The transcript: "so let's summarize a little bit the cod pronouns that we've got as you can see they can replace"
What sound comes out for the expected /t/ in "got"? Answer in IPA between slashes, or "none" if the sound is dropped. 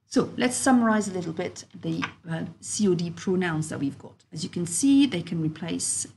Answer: /t/